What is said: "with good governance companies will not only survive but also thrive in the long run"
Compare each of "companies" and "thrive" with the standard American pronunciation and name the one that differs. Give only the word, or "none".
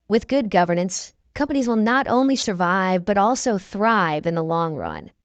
none